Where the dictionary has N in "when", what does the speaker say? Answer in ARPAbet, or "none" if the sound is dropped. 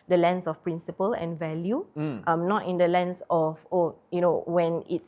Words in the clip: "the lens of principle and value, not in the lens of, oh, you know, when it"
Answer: N